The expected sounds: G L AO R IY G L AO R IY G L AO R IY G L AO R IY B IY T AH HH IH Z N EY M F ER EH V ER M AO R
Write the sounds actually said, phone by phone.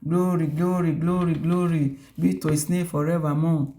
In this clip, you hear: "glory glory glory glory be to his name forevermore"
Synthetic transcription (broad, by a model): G L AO R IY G L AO R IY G L AO R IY G L AO R IY B IY T AH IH S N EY F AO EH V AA M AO